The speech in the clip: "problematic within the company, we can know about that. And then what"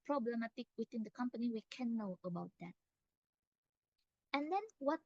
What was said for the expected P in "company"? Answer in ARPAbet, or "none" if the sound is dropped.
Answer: P